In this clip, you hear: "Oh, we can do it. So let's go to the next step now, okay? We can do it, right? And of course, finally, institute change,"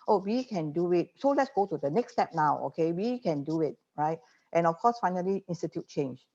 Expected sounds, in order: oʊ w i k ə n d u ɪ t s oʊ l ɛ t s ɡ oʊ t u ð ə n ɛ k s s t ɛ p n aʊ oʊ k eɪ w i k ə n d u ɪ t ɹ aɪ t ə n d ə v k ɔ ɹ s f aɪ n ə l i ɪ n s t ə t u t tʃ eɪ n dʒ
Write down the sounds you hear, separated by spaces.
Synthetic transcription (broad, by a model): oʊ w i k ə n d u ɪ t s oʊ l ɛ t s ɡ oʊ t u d ə n ɛ k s s t ɛ p n aʊ oʊ k eɪ w i k ə n d u ɪ t ɹ aɪ t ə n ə f k ɔ s f aɪ n ə l i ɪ n s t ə t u t tʃ eɪ n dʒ